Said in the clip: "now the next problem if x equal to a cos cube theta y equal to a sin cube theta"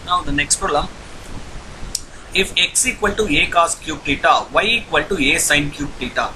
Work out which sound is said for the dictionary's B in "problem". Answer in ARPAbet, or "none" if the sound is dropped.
none